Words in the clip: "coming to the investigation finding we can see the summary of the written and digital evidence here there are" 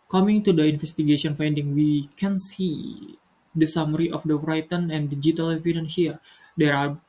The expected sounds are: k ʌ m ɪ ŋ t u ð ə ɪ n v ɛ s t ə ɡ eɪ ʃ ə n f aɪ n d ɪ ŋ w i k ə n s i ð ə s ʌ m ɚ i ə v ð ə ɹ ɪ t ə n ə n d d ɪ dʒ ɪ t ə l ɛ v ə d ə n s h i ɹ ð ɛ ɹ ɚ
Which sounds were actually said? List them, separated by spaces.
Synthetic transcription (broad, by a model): k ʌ m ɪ ŋ t u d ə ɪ n f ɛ s t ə ɡ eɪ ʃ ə n f aɪ n d ɪ ŋ w i k ə n s i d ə s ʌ m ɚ i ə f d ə ɹ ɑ t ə n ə n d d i dʒ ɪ t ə l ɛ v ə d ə n h i ɹ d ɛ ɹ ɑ